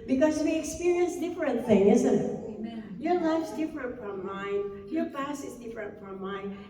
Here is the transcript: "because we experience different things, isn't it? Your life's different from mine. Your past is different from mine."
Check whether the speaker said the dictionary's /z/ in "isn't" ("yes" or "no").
yes